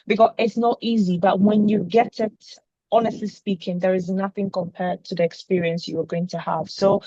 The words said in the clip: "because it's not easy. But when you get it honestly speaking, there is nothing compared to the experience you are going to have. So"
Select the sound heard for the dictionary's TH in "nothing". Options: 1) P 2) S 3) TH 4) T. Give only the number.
3